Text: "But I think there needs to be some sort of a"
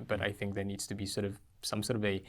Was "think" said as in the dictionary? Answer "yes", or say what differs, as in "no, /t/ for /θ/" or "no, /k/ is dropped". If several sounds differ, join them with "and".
yes